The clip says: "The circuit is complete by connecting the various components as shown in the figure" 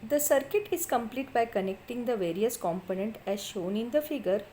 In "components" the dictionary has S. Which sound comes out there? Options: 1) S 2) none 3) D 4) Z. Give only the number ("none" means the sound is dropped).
2